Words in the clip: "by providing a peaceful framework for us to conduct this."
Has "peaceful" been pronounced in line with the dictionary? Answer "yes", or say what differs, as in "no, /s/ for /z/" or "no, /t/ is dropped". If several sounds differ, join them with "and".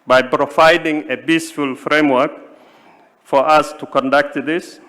no, /b/ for /p/